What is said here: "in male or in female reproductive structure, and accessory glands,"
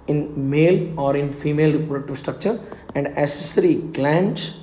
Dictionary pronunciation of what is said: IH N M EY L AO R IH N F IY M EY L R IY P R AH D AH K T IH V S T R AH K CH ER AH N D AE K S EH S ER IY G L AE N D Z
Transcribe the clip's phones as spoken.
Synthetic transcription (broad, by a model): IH N M EY L AO R IH N F IY M EY L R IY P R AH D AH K T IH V S T R AH K CH ER AH N D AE S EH S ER IY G L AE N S